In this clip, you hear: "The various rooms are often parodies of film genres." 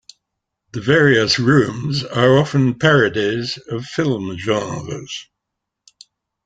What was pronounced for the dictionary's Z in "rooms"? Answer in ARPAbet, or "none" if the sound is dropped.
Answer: Z